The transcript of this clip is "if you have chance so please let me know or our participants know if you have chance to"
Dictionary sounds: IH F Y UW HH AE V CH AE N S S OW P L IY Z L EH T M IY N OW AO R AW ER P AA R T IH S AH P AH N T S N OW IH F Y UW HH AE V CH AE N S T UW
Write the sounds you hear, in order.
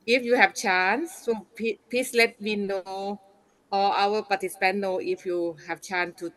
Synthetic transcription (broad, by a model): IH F Y UW HH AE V CH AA N S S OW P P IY S L EH T M IY N OW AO L AW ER P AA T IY S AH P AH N T IH F Y UW HH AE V CH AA N S T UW